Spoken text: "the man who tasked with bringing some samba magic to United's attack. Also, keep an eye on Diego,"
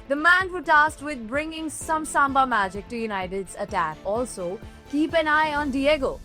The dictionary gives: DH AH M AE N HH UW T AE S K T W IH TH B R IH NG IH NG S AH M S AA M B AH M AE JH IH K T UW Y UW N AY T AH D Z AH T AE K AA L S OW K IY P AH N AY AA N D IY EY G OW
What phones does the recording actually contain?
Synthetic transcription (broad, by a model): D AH M AE N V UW T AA S T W IH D B R IH NG IH NG S AH M S AA M B AH M AE JH IH K T UW Y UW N AY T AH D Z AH T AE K AA L S OW K IY P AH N AY AA N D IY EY G OW